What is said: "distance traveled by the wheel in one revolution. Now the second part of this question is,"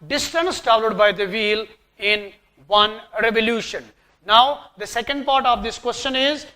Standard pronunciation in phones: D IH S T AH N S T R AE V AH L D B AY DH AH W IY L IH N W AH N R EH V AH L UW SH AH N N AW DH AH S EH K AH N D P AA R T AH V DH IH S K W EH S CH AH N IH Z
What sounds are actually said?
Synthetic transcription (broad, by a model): D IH S T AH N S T AO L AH D B AY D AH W IY L IH N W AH N R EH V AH L UW SH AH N N AW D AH S EH K AH N D P AA R T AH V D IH S K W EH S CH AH N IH Z